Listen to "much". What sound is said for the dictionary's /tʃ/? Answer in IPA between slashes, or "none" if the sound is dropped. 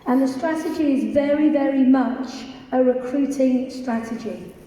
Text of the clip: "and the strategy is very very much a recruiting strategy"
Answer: /tʃ/